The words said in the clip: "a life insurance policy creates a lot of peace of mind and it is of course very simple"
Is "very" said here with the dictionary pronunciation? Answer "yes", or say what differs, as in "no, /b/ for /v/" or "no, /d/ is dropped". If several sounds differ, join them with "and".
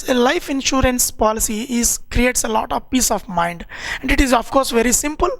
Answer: yes